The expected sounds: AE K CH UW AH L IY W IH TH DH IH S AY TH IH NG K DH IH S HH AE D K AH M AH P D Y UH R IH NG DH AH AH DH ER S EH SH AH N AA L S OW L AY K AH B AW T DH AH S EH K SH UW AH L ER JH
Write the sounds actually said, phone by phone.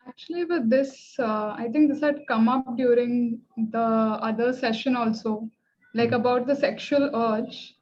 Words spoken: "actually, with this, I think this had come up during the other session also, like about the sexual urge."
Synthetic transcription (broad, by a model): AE K CH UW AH L IY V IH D IH S AY T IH NG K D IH S HH AE D K AH M AH P D Y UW R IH NG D AH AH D ER S EH SH AH N AA L S OW L AY K AH B AW T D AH S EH K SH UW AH L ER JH